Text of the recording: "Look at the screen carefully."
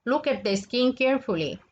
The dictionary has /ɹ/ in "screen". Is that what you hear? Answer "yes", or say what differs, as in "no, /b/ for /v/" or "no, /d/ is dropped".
no, /ɹ/ is dropped